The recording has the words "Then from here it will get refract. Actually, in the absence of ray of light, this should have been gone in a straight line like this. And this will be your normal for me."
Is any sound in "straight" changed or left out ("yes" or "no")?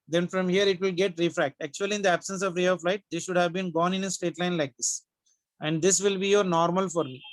yes